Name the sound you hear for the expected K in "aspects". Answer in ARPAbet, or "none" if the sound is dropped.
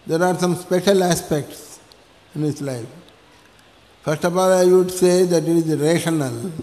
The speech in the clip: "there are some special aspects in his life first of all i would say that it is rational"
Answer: K